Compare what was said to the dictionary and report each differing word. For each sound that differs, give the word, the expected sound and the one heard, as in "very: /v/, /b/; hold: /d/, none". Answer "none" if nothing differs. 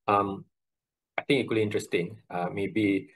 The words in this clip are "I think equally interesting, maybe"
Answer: think: /θ/, /t/; think: /k/, none